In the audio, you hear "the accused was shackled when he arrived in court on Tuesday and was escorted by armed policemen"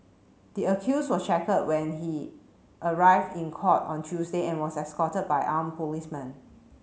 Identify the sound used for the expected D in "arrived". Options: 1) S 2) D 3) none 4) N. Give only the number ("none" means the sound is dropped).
2